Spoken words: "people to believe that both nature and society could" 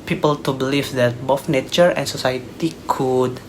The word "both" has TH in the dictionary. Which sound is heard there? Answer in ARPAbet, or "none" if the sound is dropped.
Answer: F